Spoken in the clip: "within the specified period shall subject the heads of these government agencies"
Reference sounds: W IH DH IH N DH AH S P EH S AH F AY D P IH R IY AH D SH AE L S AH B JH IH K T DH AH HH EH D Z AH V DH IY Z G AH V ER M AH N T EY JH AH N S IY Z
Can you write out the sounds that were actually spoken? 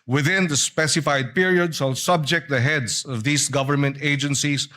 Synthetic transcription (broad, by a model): W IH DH IH N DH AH S P EH S AH F AY D P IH R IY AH D S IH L S AH B JH IH K T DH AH HH EH D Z AH V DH IY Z G AH V ER M AH N T EY JH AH N S IY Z